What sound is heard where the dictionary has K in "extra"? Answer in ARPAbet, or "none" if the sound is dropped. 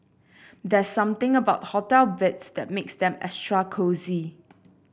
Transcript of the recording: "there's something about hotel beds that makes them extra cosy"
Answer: none